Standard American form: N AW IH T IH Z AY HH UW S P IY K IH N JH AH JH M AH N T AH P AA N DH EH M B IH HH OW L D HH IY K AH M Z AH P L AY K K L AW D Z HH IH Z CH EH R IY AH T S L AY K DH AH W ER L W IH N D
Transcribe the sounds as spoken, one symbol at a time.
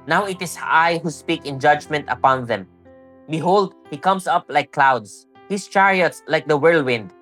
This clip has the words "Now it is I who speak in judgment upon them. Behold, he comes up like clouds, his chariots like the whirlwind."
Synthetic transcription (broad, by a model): N AW IH T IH S AY HH UW S P IY K IH N JH AH JH M AH N T AH P AA N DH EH M B IH HH OW L D HH IY K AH M S AH P L AY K K L AW D S HH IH S CH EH R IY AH T S L AY K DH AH W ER L W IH N D